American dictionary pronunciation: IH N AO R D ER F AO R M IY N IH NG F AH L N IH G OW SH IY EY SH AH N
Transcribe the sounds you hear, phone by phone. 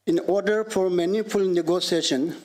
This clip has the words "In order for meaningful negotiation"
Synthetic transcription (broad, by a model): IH N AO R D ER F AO R M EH N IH F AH L N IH G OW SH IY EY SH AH N